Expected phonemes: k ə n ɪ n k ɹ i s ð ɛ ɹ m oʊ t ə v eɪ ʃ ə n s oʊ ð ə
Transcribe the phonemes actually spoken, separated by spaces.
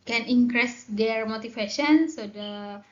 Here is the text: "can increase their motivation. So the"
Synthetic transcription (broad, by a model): k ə n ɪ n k ɹ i s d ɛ ɹ m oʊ t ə f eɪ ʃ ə n s oʊ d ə